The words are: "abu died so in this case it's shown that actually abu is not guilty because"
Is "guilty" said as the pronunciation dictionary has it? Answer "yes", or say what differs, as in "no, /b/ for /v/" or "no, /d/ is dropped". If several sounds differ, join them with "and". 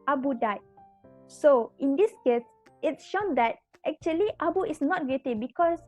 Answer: no, /l/ is dropped